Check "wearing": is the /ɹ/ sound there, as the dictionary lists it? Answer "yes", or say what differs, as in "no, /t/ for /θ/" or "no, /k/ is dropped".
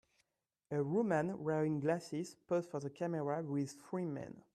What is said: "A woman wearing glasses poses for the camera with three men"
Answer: no, /ɹ/ is dropped